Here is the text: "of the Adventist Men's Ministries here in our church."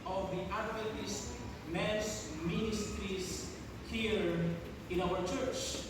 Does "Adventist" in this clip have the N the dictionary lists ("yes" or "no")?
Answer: no